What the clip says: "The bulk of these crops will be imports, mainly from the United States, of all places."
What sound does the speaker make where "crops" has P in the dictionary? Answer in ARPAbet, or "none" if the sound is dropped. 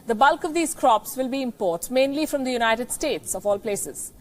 P